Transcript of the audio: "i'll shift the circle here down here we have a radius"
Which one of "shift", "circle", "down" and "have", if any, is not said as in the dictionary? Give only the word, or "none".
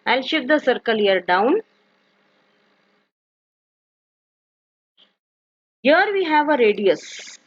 shift